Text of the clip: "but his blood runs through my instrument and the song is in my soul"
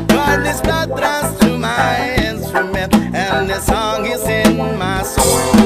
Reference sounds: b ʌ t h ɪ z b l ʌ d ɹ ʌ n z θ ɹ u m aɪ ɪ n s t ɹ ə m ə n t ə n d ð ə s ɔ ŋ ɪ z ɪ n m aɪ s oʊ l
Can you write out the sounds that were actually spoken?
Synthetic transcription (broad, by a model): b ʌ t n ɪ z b ʌ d ɹ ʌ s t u m aɪ ɪ n s t ɹ ə m ə n t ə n ð ə s ɔ ŋ ɪ z ɪ n m aɪ s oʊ